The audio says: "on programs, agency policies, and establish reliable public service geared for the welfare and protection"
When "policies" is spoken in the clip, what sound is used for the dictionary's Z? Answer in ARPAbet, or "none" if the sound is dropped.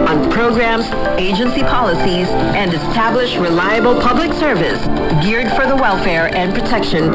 Z